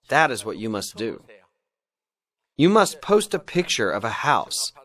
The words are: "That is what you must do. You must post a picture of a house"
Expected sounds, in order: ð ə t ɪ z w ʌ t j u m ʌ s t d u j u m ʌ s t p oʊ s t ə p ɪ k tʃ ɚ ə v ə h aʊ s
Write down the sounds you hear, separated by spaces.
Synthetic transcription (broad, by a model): ð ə t ɪ z w ʌ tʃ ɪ m ʌ s d u j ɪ m ʌ s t p oʊ s t ə p ɪ k tʃ ɚ ə v ə h aʊ s